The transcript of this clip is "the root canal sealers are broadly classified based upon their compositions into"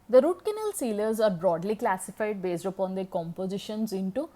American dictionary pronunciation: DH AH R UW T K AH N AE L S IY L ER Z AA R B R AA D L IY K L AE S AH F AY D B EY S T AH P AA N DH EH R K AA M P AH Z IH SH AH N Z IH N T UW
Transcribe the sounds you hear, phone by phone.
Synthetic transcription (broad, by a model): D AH R UW T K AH N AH L S IY L ER Z AA R B R AA D L IY K L AE S AH F AY D B EY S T AH P AA N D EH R K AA M P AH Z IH SH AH N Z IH N T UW